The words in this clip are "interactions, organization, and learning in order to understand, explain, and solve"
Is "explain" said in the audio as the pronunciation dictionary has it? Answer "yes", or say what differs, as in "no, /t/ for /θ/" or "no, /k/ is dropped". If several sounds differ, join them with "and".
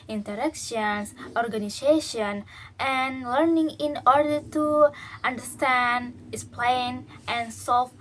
no, /k/ is dropped